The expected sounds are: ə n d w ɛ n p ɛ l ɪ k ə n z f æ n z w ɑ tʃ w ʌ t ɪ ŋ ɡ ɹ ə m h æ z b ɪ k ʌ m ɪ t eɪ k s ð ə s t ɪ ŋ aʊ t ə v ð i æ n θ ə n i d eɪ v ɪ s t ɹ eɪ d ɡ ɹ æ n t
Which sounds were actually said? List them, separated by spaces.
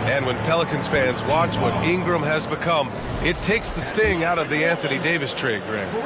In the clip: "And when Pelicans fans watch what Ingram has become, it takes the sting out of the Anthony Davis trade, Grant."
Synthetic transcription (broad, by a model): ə n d w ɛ n p ɛ l ɪ k ə n z f æ n z w ɑ tʃ w ʌ t ɪ ŋ ɡ ɹ ə m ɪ z b ɪ k ʌ m ɪ t eɪ k s ð ə s t ɪ ŋ aʊ t ə v ð i æ n θ ə n i d eɪ v ɪ s t ɹ eɪ d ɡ ɹ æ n